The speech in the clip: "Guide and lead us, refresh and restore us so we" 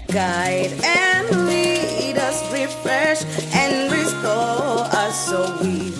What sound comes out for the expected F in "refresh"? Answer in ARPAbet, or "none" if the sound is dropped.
F